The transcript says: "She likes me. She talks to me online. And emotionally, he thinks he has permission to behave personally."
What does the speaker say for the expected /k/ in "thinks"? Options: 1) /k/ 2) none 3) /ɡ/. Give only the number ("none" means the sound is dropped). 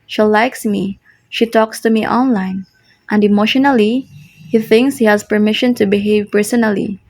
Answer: 1